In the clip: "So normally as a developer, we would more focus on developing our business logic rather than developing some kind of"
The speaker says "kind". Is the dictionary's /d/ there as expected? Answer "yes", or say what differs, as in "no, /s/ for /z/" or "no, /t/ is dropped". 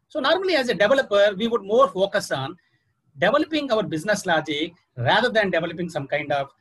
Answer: yes